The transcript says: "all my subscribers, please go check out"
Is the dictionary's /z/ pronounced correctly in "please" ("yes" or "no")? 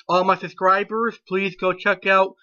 yes